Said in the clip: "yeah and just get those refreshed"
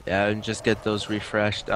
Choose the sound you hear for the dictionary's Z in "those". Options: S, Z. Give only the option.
Z